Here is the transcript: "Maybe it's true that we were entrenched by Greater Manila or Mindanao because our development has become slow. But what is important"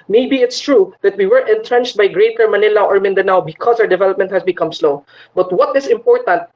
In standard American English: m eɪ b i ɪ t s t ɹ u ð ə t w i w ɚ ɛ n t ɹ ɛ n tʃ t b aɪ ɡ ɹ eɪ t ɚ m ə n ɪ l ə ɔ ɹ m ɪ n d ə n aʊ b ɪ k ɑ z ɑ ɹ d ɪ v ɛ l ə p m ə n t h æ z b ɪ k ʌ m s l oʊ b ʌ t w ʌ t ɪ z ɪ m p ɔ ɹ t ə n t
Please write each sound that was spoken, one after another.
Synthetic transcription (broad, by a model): m eɪ b i ɪ t s t ɹ u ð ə t w i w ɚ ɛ n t ɹ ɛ n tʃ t b aɪ ɡ ɹ eɪ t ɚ m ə n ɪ l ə ɔ ɹ m ɪ n d ə n aʊ b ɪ k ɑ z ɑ w d ɪ v ɛ l ə p m ə n t h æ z b ɪ k ʌ m s l oʊ b ʌ t w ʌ t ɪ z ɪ m p ɔ ɹ t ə n t